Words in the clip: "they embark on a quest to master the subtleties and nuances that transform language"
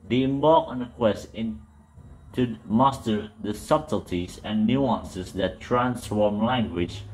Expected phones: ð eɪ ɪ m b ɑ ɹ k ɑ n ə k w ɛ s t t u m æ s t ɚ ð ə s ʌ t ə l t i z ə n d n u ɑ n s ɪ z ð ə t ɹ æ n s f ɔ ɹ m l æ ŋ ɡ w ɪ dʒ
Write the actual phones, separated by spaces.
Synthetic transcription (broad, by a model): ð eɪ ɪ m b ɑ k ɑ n ə k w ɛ s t t u m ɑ s t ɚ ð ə s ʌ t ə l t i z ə n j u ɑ n s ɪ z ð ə t ɹ æ n s f ɔ ɹ m l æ ŋ ɡ w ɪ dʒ